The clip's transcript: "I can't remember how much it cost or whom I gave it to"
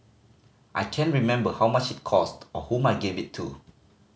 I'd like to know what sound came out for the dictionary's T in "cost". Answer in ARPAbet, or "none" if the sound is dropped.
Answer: T